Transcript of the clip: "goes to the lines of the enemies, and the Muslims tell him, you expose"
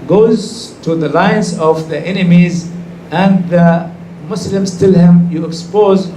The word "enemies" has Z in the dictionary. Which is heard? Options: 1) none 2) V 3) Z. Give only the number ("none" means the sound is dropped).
3